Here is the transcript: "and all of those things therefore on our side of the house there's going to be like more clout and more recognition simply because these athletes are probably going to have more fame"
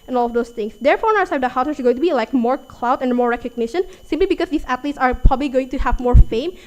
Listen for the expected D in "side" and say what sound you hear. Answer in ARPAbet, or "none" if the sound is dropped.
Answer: none